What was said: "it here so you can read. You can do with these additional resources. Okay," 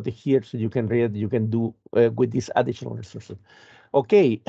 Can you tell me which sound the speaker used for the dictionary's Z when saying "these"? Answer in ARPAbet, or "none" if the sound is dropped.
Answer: S